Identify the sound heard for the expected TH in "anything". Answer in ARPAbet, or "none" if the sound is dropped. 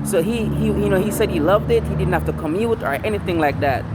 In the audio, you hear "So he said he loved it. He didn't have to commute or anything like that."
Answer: TH